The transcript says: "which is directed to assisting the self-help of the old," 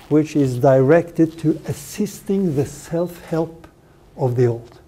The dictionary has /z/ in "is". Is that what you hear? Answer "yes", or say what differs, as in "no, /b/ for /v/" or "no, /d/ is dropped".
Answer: yes